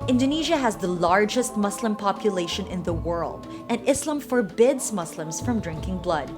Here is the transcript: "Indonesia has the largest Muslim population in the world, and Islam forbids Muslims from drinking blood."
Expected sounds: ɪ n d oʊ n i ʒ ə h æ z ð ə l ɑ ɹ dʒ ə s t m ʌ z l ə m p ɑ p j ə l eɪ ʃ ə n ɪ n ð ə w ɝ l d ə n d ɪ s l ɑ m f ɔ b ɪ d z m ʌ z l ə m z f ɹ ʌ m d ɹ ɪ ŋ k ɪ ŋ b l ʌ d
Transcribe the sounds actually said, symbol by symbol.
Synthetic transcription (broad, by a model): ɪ n d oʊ n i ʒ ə h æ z ð ə l ɑ ɹ dʒ ə s t m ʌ s l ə m p ɑ p j ə l eɪ ʃ ə n ɪ n ð ə w ɝ l d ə n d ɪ s l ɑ m f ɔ b ɪ d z m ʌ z l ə m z f ɹ ʌ m d ɹ ɪ ŋ k ɪ ŋ b l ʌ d